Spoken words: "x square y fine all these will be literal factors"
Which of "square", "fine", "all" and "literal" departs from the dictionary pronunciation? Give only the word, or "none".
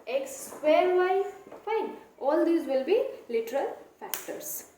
square